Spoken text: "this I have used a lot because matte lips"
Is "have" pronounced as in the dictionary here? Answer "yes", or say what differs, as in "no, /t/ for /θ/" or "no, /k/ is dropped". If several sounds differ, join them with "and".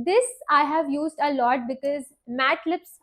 yes